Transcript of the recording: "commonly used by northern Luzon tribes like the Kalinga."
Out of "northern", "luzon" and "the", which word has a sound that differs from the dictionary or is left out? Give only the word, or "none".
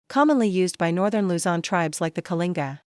none